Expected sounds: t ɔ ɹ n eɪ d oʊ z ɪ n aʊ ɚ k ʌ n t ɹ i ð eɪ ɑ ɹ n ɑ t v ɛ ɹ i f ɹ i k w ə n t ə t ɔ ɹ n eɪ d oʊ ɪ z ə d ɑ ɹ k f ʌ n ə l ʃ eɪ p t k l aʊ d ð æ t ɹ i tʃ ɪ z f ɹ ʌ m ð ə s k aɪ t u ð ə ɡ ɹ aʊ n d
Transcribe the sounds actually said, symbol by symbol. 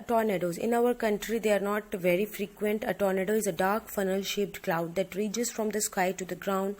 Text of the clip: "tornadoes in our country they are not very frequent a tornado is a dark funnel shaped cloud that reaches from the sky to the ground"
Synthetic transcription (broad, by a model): t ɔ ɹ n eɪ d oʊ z ɪ n aʊ ɚ k ʌ n t ɹ i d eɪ ɑ ɹ n ɑ t v ɛ ɹ i f ɹ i k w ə n t ə t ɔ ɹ n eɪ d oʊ ɪ z ə d ɑ ɹ k f ʌ n ə l ʃ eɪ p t k l aʊ d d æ t ɹ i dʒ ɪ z f ɹ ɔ m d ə s k aɪ t u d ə ɡ ɹ aʊ n d